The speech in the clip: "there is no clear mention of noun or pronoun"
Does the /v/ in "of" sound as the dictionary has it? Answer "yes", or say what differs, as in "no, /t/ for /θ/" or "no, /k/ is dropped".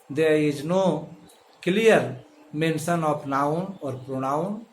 no, /p/ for /v/